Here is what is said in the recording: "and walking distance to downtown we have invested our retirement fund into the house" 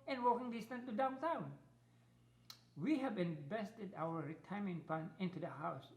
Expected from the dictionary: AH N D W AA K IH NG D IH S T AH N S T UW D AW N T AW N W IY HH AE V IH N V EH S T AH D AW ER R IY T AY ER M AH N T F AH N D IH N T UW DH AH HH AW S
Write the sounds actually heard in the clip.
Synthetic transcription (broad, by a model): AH N W AA K IH NG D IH S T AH N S T UW D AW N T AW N W IY HH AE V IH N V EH S T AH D AW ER R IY T AY M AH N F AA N IH N T UW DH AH HH AW S